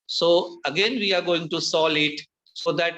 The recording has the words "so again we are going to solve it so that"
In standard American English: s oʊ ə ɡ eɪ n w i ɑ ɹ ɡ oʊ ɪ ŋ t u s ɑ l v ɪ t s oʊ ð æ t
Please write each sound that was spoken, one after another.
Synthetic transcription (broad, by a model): s oʊ ə ɡ eɪ n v i ɑ ɹ ɡ oʊ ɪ ŋ t u s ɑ l ɪ t s oʊ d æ t